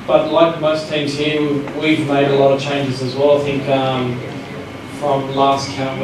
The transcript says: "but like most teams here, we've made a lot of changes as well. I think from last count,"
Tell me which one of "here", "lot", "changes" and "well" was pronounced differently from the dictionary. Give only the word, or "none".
none